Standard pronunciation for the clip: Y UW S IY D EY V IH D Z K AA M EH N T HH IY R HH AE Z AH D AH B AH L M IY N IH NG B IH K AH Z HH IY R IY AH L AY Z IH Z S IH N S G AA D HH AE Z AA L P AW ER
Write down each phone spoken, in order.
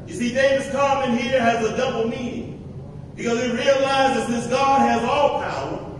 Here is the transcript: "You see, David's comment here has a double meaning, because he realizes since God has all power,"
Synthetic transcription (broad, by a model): Y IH S IY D EY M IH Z K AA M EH N HH IY R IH Z AH D AH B L M IY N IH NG B IH K AH Z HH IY R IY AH L AY Z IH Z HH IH S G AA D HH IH Z AA L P AW ER